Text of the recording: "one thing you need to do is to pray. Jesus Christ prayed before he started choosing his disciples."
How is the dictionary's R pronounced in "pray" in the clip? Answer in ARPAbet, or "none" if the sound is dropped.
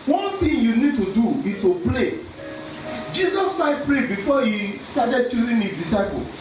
L